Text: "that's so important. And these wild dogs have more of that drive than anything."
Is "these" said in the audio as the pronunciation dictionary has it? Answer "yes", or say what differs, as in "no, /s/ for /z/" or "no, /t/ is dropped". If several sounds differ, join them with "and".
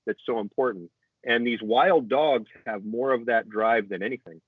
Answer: yes